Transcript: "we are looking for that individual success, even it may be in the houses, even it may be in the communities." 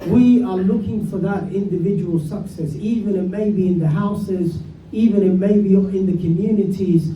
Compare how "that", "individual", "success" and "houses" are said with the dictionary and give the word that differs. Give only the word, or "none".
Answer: none